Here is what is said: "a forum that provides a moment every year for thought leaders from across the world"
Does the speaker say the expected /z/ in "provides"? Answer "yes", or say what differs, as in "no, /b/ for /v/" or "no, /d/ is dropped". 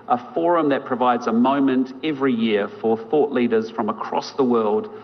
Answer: yes